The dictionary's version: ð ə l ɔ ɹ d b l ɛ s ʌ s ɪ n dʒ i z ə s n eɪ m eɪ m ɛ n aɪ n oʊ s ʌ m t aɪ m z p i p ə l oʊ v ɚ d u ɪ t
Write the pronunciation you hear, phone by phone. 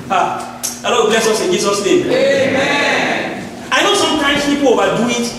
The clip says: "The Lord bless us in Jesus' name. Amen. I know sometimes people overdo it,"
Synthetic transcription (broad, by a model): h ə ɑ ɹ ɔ b l ɛ s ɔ s ɪ n dʒ i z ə s n eɪ m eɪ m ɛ aɪ n oʊ s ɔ m t aɪ m s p i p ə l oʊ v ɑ d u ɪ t